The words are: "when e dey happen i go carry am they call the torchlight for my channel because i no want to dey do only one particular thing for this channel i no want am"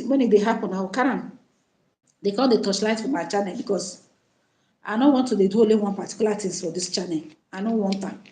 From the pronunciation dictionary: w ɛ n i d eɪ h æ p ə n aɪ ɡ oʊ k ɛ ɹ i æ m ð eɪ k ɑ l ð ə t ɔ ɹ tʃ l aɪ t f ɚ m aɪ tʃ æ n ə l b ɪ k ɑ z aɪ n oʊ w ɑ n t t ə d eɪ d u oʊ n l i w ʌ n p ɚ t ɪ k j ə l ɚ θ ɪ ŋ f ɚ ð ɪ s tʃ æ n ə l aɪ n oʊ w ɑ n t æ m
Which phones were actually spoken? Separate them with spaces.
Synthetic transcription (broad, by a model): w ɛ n i d eɪ h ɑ p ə n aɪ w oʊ k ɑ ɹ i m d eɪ k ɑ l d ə t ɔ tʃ l aɪ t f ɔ m aɪ tʃ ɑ n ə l b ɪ k ɑ s aɪ n oʊ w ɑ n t t ə d eɪ d u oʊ l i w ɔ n p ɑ t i k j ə l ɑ t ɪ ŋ f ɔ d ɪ s tʃ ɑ n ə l aɪ n oʊ w ɑ n t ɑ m